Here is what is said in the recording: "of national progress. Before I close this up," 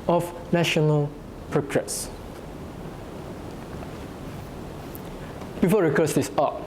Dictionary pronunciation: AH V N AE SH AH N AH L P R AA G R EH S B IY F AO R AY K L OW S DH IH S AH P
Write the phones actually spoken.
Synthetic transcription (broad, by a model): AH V N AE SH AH N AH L P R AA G R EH S B IY F AO R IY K OW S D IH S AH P